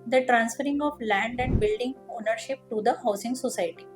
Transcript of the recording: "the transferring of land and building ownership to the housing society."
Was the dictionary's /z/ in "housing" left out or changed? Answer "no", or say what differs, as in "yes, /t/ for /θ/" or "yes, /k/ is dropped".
yes, /s/ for /z/